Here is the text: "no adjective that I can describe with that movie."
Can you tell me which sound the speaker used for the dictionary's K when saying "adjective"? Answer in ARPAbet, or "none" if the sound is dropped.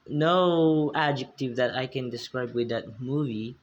K